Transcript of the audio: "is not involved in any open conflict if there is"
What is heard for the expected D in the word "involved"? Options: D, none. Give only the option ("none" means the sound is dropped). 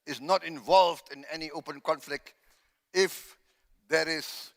D